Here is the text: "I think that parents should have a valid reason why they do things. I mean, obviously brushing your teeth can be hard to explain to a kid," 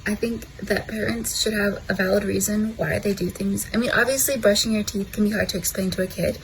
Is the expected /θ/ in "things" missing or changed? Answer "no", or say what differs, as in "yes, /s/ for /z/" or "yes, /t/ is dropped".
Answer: no